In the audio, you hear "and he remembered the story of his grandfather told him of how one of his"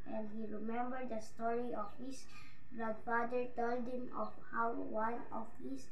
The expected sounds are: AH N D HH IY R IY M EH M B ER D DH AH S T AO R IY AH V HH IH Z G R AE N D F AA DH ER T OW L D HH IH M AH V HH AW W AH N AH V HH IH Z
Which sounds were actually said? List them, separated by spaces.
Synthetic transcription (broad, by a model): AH N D HH IY R IY M EH M B ER D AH S T AO R IY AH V HH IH S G R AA D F AA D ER T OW L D HH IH M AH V HH AW W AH N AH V HH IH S